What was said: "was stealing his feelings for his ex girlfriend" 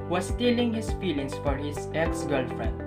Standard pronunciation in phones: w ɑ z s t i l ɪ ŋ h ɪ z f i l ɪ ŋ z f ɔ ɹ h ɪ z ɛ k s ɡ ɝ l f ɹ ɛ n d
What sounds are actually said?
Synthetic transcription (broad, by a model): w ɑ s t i l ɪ ŋ h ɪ s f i l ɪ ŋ s f ɔ ɹ h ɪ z ɛ k s ɡ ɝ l f ɹ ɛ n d